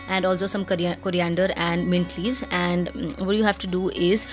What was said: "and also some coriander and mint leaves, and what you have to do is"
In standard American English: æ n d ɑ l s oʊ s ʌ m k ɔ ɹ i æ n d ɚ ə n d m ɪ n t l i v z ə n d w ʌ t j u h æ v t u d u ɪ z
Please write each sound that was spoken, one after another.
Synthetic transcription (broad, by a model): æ n d ɑ l s oʊ s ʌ m k ɔ ɹ i æ n d ɚ ə n d m ɪ n t l i v z ə n d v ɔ t j u h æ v t u d u ɪ z